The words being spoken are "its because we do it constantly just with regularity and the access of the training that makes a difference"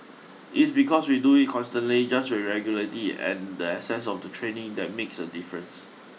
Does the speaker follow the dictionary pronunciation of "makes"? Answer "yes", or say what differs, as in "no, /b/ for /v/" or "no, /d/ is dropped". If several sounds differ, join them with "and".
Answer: yes